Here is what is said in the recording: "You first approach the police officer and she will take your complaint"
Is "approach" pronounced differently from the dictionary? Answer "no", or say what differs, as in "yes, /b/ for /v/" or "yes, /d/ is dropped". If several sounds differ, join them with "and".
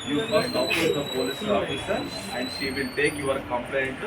yes, /ɹ/ is dropped